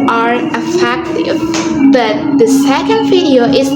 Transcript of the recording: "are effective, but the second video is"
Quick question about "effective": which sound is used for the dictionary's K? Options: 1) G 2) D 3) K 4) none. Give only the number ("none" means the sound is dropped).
3